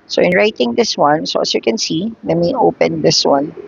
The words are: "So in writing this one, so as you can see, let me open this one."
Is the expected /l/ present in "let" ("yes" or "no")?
no